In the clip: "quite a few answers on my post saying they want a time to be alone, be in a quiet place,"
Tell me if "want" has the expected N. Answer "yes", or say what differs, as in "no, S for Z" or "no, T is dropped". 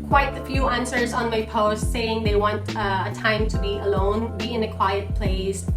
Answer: yes